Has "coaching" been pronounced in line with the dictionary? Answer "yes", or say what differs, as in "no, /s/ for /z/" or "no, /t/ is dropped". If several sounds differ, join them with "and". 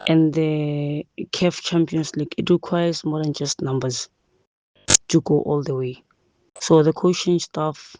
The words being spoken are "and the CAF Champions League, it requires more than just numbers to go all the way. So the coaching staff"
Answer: no, /ʃ/ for /tʃ/